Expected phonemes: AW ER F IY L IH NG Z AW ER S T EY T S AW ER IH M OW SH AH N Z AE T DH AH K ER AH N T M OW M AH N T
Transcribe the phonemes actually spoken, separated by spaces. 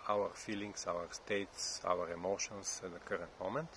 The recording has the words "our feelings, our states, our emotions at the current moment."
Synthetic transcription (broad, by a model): AW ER F IY L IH NG S AW ER S T EY T S AW ER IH M OW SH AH N S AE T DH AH K ER AH N T M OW M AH N T